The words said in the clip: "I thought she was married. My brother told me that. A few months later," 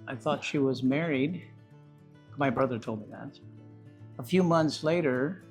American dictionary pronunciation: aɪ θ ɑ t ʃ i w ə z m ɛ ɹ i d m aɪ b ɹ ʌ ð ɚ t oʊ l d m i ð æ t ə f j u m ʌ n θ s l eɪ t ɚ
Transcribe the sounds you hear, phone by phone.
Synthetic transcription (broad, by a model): aɪ θ ɑ t ʃ i w ə z m ɛ ɹ i d m aɪ b ɹ ʌ ð ɚ t oʊ l d m i ð æ t ə f j u m ʌ n θ s l eɪ t ɚ